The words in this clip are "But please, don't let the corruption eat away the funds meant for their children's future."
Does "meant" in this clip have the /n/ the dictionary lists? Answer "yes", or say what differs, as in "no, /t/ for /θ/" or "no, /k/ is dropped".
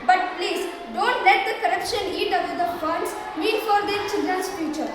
no, /n/ is dropped